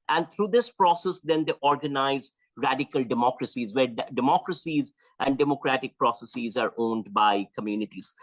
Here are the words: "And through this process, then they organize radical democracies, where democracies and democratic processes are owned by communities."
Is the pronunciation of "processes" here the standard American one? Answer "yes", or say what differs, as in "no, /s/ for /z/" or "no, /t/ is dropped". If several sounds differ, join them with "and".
yes